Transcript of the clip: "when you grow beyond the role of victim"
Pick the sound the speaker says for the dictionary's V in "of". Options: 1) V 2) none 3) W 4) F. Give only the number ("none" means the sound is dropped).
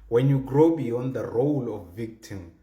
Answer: 4